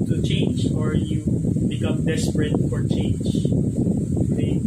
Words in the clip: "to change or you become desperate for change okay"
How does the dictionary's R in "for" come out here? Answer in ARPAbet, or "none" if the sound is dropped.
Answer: R